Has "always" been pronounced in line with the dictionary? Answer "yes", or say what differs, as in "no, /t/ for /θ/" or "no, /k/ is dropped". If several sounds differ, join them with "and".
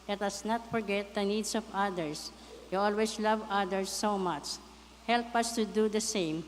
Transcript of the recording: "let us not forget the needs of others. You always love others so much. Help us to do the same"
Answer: no, /s/ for /z/